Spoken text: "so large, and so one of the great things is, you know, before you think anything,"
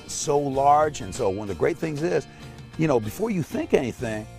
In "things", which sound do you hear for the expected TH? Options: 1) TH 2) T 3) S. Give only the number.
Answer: 1